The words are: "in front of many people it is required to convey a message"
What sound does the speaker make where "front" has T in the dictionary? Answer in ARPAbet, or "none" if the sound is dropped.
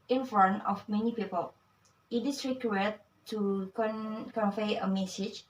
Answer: none